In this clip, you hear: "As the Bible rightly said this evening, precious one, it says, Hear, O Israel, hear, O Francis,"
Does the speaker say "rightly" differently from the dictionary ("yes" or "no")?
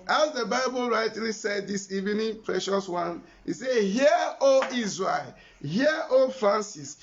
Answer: yes